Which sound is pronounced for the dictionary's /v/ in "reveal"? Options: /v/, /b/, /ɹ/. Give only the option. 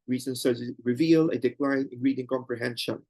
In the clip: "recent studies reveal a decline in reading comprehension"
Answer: /v/